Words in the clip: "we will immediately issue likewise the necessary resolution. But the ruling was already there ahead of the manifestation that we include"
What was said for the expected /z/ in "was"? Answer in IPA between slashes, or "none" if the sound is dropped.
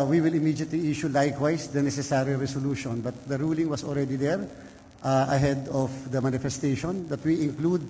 /s/